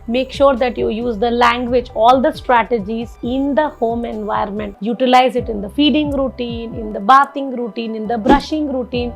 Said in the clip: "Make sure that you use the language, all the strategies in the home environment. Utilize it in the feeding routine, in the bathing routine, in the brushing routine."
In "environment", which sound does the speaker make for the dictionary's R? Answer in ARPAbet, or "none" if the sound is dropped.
none